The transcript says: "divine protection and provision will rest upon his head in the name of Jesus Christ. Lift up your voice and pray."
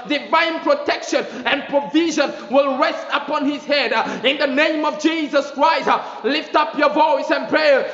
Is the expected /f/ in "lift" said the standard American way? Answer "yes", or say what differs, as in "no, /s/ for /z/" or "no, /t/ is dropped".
yes